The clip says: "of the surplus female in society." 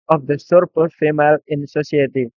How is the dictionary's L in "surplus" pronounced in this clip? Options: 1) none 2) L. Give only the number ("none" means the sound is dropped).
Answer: 1